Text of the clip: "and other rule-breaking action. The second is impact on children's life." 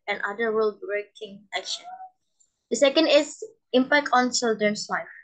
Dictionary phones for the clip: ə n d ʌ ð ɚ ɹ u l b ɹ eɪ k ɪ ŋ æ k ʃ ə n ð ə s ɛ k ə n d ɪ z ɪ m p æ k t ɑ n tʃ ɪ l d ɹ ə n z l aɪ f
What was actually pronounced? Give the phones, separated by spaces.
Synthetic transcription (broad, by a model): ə n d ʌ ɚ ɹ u l b ɹ eɪ k ɪ ŋ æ k ʃ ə n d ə s ɛ k ə n d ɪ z ɪ m p æ k t ɑ n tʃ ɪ l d ə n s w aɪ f